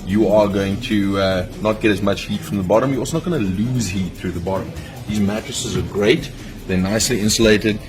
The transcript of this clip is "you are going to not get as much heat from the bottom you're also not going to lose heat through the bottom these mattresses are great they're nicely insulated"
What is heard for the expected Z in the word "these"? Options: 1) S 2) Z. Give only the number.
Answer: 2